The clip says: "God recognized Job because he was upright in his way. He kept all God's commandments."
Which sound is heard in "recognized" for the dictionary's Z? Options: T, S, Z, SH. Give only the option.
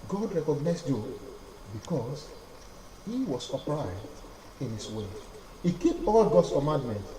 S